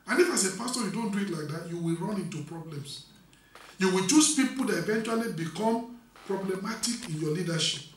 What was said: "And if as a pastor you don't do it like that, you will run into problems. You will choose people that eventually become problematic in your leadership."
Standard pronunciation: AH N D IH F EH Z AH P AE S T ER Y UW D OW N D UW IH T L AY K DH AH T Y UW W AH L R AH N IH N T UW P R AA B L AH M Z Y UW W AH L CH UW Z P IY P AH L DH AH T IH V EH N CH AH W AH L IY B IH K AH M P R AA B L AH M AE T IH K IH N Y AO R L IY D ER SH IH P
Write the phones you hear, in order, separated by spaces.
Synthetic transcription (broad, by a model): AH N IH F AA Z AH P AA S T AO Y UW D OW N D UW IH T L AY K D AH T Y UW W AH L R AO N IH N T UW P R AA B L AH M S Y UW W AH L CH UW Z P IY P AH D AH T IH V EH N CH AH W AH L IY B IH K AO M P R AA B L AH M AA T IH K IH N Y AO L IY D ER SH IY P